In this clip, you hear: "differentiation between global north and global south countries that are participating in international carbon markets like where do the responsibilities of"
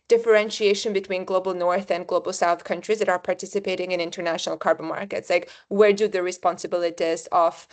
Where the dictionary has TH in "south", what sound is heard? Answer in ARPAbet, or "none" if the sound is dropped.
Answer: TH